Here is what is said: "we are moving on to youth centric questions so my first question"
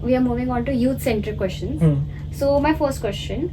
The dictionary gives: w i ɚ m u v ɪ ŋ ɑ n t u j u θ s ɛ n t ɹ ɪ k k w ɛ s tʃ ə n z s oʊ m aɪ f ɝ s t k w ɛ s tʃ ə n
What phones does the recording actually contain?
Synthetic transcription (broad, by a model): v i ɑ m u v ɪ ŋ ɑ n t u j u t s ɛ n t ɪ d k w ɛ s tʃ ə n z s oʊ m aɪ f ɝ s t k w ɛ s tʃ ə n